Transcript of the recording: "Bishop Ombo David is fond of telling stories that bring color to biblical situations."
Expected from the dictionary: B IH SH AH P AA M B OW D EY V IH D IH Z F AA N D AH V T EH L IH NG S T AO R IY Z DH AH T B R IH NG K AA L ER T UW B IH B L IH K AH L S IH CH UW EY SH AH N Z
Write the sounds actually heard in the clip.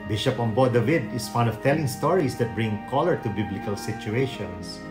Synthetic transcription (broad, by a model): B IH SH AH P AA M B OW D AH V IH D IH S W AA N AH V T EH L IH NG S T AO R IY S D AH T B R IH NG K AA L ER T UW B IH B L IH K AH L S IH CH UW EY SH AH N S